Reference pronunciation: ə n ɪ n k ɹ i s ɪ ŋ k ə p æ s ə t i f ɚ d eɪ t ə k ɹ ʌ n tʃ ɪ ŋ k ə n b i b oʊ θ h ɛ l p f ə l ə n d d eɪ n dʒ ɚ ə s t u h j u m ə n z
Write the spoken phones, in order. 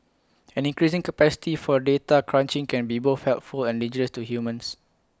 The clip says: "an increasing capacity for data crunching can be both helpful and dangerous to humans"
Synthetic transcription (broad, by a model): ə n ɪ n k ɹ i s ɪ ŋ k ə p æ s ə t i f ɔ d eɪ t ə k ɹ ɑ n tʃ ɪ ŋ k ə n b i b oʊ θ h ɛ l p f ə l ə n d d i dʒ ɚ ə s t u h j u m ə n s